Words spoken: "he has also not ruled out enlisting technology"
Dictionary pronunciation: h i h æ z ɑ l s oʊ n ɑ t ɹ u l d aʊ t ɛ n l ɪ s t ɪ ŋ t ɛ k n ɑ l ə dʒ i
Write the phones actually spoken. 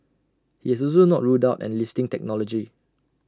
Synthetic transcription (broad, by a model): h i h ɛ s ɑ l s oʊ n ɑ t ɹ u d aʊ t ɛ n l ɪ s t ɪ ŋ t ɛ k n ɑ l ə dʒ i